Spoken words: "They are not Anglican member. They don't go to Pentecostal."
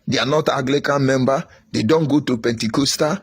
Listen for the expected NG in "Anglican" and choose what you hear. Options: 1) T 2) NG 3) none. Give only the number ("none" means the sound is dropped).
3